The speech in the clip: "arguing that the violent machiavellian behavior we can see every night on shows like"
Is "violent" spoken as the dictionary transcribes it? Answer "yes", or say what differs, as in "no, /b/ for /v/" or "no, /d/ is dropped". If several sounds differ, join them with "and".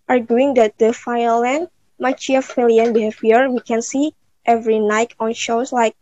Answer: no, /f/ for /v/